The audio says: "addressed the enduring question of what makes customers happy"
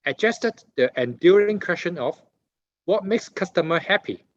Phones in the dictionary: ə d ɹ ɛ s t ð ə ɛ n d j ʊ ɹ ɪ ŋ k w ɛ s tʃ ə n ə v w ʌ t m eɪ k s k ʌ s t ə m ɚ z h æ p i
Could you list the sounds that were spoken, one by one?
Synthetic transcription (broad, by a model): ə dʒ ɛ s t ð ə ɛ n d j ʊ ɹ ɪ ŋ k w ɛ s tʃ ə n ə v w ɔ t m eɪ k s k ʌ s t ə m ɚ h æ p i